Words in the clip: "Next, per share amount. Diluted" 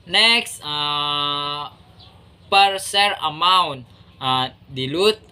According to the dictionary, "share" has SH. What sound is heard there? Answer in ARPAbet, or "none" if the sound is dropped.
S